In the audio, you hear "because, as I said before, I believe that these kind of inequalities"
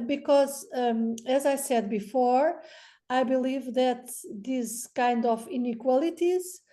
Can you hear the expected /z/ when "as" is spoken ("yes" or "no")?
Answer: yes